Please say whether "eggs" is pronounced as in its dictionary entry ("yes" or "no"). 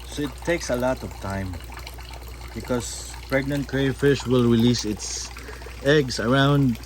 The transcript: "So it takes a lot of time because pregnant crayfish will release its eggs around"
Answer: no